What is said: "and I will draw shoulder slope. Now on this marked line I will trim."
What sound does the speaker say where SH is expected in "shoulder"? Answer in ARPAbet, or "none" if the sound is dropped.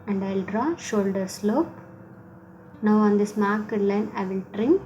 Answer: SH